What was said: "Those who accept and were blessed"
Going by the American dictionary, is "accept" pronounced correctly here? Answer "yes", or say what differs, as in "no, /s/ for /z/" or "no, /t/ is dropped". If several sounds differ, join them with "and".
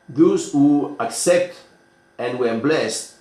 yes